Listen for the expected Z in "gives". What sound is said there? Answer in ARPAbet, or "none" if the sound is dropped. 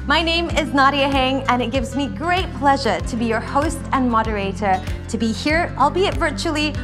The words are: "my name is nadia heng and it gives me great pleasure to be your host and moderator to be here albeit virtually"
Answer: Z